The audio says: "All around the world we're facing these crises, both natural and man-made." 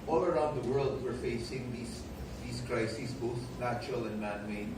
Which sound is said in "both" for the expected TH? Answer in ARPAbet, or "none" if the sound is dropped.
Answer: TH